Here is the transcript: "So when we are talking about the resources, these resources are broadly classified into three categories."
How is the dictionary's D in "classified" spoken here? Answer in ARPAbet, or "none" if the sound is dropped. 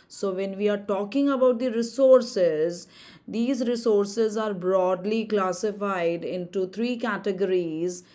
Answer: D